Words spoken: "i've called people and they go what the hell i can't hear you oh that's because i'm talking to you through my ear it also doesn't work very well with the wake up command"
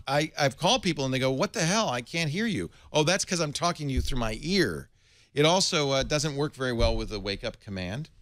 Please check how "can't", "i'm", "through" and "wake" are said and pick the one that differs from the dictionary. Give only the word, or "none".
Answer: none